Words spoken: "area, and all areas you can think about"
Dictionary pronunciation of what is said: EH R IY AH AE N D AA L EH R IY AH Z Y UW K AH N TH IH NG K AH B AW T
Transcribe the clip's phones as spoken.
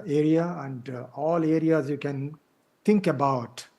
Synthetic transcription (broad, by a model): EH R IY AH AE N D AA L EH R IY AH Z Y UW K AH N T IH NG K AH B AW T